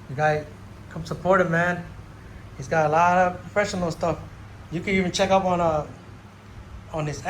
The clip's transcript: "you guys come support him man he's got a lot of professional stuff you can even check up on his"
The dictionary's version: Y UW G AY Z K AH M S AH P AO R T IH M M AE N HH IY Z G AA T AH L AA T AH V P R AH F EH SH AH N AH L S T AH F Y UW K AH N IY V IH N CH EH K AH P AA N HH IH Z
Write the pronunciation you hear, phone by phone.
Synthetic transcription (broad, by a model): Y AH G AY Z K AH M S AH P AO R T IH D M AE N HH IY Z G AA T AH L AA T AH V P R AH F EH SH AH N AH L S T AH F Y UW K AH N IY V IH N CH EH K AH P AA N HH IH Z